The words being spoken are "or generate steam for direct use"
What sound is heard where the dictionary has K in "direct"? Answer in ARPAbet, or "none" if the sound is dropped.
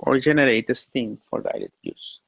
none